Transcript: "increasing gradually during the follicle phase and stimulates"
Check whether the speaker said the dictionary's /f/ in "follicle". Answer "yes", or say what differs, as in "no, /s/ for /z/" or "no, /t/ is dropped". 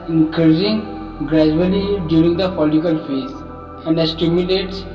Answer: no, /p/ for /f/